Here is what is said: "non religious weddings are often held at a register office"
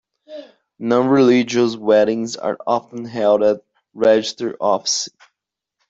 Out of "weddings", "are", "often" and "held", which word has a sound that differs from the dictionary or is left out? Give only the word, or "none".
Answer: none